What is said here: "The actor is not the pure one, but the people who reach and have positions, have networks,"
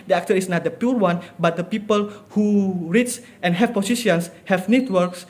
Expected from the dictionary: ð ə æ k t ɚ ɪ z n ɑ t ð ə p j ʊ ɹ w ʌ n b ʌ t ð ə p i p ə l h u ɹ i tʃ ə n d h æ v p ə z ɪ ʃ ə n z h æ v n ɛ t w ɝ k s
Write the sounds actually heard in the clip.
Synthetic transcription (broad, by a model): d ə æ k t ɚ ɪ s n ɑ t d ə p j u ɹ w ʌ n b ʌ t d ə p i p ə l h u ɹ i s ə n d h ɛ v p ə s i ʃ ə n s h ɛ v n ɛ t w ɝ k s